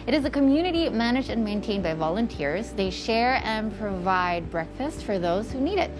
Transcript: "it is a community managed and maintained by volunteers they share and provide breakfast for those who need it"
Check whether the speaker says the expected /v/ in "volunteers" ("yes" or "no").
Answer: yes